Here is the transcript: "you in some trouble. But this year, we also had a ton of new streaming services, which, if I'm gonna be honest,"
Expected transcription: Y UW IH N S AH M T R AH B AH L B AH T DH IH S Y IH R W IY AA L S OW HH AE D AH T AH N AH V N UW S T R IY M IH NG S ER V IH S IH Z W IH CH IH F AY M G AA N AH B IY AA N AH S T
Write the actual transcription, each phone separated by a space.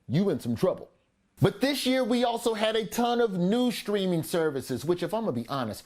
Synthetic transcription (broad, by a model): Y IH IH N S AH M T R AH B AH L B AH T DH IH S Y IH R W IY AA L S OW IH D AH T AH N AH V N UW S T R IY M IH NG S ER V IH S IH Z W IH CH IH F AY M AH B IY AA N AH S T